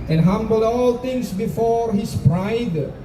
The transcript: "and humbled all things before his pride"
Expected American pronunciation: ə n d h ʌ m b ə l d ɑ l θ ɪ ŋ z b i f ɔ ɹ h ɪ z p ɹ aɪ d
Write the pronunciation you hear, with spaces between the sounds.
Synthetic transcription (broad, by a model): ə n h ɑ m b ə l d ɑ l t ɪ ŋ s b i f ɔ ɹ h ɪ s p ɹ aɪ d